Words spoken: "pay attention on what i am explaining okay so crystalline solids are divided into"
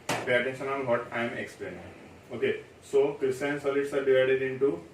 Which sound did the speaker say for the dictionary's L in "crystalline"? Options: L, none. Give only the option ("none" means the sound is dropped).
none